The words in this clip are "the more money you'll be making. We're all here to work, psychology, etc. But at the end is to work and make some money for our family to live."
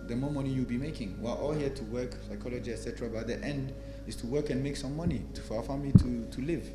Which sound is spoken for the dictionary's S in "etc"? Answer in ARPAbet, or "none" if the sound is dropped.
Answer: S